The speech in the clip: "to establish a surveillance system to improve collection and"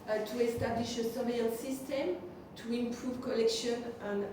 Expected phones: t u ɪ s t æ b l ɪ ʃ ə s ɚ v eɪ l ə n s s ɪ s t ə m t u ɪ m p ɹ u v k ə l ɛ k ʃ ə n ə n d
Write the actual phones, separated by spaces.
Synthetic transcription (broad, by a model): t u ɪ s t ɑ b l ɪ ʃ ə s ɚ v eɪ ə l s s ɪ s t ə m t u ɪ m p ɹ u v k ə l ɛ k ʃ ə n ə n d